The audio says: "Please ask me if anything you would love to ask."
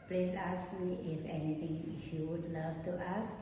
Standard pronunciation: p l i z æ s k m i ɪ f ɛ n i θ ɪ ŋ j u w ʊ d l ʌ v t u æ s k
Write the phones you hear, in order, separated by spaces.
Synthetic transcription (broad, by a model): p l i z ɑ s k m i ɪ f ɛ n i t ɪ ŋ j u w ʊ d l ʌ v t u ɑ s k